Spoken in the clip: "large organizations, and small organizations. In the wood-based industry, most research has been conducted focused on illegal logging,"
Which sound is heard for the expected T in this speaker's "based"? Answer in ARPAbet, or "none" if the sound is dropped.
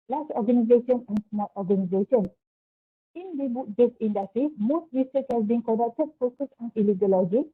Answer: none